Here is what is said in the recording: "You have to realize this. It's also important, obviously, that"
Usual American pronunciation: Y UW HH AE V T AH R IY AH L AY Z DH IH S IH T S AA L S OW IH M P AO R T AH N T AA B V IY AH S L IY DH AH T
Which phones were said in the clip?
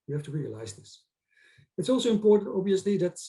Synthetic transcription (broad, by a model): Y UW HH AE F T AH R IY AH L AY Z DH IH S IH T S AA L S OW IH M P AO R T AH N T AA B V IY AH S L IY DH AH T